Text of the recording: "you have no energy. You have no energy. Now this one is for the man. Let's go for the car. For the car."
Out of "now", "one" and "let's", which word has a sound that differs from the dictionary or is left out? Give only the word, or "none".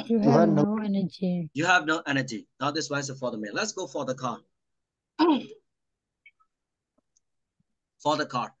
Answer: one